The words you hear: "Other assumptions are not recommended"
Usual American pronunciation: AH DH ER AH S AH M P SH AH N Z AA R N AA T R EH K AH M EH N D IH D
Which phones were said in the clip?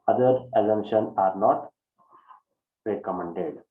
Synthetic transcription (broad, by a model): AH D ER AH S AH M SH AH N AA R N AA T R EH K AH M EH N D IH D